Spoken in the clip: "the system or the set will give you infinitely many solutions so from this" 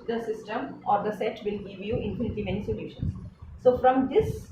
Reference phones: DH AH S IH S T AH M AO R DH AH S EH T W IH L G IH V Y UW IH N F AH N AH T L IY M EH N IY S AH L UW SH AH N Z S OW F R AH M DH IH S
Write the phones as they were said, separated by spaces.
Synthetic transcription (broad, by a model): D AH S IH S T AH M AO R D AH S EH T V IH L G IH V Y UW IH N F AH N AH T IY M EH N IY S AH L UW SH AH N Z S OW F R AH M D IH S